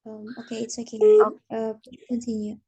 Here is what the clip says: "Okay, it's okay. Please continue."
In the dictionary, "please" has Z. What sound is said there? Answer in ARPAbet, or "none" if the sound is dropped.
none